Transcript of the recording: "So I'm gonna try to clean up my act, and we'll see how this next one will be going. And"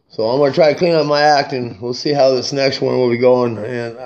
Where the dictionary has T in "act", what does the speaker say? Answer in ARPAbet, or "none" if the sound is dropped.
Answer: T